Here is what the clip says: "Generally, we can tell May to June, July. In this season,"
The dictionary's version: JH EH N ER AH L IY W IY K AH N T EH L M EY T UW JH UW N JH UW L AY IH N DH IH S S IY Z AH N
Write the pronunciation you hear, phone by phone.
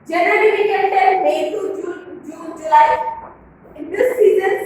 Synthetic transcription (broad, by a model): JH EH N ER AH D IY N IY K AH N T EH N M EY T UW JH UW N JH UW L AY IH N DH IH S S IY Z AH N